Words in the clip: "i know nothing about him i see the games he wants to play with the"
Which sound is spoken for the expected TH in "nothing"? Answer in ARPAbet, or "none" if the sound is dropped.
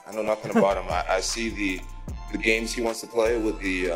TH